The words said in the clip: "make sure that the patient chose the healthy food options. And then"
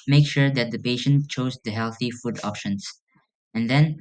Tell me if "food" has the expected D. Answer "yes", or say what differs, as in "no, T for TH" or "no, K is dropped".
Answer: yes